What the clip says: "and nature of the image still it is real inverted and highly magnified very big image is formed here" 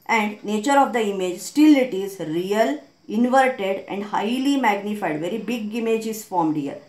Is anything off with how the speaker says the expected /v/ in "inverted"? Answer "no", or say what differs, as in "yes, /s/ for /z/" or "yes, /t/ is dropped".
no